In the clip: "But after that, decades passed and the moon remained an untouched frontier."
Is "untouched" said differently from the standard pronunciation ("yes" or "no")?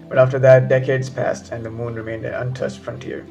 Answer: yes